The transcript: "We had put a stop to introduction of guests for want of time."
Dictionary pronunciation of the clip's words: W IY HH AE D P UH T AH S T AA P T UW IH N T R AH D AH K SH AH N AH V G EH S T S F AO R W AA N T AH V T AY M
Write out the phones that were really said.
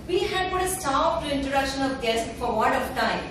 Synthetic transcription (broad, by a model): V IY HH AE D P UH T AH S T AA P T UW IH N T R AH D AH K SH AH N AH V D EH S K F AO R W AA T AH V T AY M